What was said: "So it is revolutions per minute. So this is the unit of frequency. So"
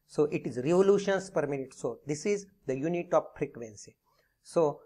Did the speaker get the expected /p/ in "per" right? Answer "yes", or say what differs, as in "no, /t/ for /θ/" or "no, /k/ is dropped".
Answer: yes